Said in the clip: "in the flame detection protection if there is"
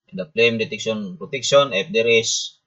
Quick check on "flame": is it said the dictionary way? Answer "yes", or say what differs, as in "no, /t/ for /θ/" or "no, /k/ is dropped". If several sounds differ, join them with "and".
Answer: no, /p/ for /f/